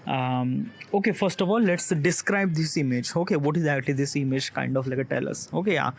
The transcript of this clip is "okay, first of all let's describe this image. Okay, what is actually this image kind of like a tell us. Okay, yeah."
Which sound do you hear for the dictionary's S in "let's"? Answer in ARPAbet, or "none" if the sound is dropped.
S